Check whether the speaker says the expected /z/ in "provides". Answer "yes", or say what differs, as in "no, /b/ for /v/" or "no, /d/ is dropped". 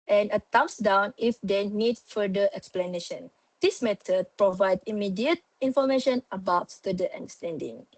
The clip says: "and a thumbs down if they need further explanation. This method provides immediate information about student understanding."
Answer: no, /z/ is dropped